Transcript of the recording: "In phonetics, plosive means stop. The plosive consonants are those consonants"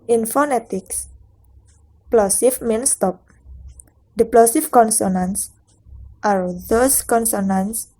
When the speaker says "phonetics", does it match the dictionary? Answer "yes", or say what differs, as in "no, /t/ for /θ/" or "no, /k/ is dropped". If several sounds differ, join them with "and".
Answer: yes